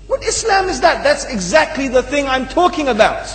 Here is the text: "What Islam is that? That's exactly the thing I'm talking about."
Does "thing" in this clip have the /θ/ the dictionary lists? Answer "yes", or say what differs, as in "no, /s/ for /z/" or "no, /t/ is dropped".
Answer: yes